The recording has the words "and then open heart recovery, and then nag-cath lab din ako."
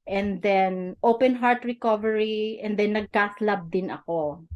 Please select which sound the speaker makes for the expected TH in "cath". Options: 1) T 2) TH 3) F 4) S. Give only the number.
4